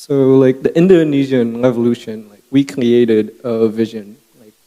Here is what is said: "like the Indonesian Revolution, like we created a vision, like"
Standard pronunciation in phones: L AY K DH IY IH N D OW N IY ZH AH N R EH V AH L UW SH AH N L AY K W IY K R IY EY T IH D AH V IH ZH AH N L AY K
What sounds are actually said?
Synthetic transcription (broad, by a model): L AY K DH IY IH N D OW N IY ZH AH N R EH V AH L UW SH AH N L AY K W IY K R IY EY T IH D AH V IH ZH AH N L AY K